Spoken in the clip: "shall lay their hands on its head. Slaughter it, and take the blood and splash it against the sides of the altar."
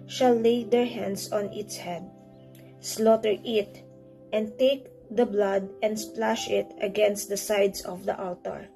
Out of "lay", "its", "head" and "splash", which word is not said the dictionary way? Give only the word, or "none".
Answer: none